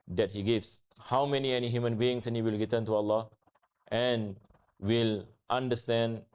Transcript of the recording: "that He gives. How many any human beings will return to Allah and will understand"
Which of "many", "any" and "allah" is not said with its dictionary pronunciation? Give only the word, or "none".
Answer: none